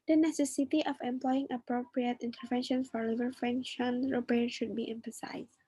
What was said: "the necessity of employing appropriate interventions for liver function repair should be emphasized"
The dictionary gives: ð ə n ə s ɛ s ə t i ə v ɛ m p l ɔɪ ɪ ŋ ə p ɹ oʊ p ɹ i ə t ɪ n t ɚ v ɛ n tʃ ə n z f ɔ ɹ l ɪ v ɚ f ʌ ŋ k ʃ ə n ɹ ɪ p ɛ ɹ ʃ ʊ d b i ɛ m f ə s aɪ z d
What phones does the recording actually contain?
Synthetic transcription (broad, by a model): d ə n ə s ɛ s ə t i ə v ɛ m p l ɔɪ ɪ ŋ ə p ɹ oʊ p ɹ i ə t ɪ n t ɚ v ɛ n ʃ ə n f ɔ ɹ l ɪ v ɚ f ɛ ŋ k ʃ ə n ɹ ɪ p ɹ ʃ ʊ d b i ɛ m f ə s aɪ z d